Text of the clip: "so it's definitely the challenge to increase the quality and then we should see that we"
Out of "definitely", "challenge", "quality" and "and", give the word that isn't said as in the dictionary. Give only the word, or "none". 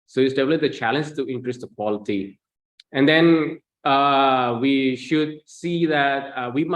definitely